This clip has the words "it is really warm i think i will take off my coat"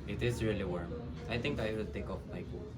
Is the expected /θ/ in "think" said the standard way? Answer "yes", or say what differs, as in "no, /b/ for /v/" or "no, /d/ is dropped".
no, /t/ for /θ/